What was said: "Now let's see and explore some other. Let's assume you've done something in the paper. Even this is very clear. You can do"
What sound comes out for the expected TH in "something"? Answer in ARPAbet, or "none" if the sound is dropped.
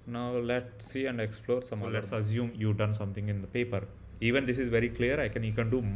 T